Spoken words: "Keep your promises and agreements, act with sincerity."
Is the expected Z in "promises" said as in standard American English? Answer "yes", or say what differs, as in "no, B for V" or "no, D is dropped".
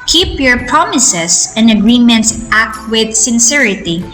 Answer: no, S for Z